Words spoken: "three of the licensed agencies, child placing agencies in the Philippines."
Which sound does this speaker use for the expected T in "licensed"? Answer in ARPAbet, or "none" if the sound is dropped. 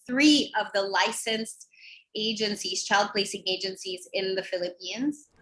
T